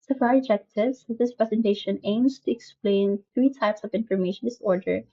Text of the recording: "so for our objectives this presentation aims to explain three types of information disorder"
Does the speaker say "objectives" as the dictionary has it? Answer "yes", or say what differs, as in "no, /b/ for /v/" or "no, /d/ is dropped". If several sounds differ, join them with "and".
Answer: no, /b/ is dropped